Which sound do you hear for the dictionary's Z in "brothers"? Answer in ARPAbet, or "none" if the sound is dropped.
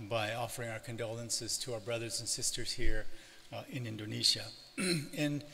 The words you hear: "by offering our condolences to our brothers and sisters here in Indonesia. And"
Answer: Z